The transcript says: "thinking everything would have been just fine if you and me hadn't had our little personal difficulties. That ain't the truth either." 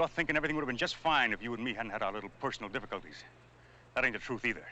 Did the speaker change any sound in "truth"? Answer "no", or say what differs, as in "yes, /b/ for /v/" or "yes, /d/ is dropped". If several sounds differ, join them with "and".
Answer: no